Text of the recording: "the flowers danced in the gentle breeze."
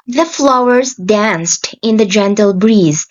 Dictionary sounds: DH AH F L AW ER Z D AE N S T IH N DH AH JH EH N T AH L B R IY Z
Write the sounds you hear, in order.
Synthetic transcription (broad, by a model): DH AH F L AW ER Z D AE N S T IH N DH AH JH EH N T AH L B R IY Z